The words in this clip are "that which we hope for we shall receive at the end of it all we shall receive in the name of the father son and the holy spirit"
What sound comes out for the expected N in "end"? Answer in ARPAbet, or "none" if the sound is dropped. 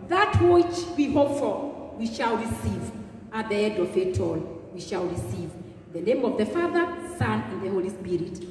none